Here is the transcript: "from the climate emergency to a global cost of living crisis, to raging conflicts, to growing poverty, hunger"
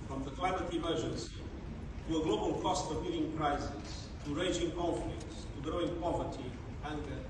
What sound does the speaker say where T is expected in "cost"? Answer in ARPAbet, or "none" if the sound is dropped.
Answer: T